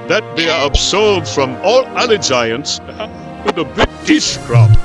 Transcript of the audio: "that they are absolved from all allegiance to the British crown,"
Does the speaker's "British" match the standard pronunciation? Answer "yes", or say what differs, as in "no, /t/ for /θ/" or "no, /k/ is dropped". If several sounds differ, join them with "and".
no, /ɹ/ is dropped